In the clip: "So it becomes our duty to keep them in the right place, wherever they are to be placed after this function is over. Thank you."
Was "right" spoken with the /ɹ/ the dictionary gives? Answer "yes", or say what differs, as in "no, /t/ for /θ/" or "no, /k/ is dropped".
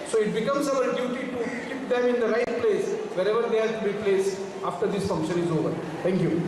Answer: yes